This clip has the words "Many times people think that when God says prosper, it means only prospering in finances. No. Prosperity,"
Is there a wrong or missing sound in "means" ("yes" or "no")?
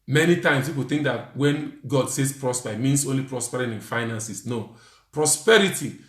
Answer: yes